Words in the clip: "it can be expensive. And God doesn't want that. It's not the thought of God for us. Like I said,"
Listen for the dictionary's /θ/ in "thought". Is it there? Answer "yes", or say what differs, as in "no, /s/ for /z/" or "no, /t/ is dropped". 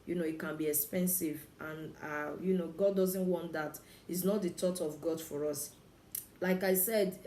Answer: no, /t/ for /θ/